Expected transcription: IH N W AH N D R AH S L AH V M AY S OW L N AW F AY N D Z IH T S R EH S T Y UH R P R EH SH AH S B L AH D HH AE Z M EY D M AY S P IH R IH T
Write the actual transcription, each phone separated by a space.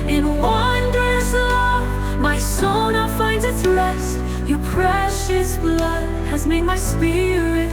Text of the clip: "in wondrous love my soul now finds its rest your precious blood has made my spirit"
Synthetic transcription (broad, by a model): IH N W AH N D R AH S L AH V M AY S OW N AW F AY N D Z IH T S L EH S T Y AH R P R EH SH AH S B L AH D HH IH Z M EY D M AY S P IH R IH T